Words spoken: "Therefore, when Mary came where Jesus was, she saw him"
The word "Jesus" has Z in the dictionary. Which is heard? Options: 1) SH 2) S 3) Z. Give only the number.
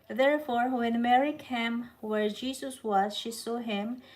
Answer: 2